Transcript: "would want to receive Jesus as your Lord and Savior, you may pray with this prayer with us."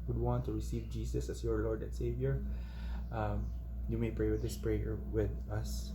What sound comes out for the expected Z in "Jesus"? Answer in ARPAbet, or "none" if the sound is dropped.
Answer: S